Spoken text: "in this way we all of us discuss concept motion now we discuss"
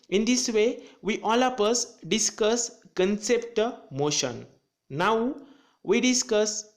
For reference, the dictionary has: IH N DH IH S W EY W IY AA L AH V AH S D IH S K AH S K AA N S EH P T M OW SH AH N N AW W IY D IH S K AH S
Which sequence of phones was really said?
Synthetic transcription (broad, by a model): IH N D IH S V EY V IY AA L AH P AH S D IH S K AH S K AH N S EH P T M OW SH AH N N AW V IY D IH S K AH S